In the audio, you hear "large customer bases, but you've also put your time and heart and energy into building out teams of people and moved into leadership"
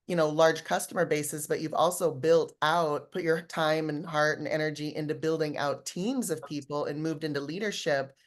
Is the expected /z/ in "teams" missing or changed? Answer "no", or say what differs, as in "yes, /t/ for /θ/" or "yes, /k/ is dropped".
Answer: no